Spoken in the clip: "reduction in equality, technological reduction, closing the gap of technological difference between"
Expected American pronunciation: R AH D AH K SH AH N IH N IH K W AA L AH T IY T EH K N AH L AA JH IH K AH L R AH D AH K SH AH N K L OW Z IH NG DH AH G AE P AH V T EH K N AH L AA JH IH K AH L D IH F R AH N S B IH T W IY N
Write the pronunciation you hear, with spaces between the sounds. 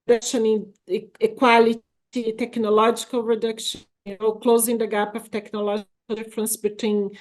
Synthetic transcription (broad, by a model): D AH K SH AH N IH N IH K W AA L AH T IY T EH K N AH L AA JH IH K AH L R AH D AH K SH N K L OW Z IH NG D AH G AE P AH V T EH K N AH L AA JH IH K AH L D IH F R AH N S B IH T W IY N